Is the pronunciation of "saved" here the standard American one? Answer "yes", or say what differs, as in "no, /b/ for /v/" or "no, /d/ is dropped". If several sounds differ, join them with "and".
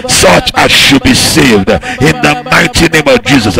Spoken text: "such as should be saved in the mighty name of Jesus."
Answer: yes